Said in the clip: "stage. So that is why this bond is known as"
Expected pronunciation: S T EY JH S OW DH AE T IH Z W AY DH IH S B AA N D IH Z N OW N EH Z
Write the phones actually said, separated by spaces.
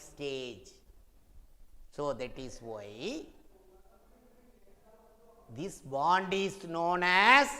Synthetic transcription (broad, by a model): S T EY JH S OW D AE T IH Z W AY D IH S B AA N D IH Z N OW N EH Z